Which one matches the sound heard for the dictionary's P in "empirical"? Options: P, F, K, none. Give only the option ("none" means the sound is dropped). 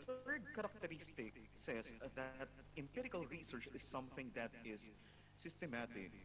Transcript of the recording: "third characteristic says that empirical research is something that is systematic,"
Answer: P